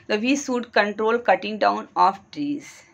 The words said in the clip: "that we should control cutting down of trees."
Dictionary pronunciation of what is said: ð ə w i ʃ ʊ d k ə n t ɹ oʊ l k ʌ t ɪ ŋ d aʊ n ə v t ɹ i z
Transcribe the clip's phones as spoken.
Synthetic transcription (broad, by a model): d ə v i s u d k ə n t ɹ oʊ l k ʌ t ɪ ŋ d aʊ n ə f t ɹ i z